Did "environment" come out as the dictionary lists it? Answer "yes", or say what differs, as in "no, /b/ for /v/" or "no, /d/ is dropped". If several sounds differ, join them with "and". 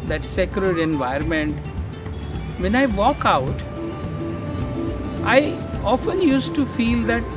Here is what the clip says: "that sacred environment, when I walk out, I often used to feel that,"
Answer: no, /ɹ/ is dropped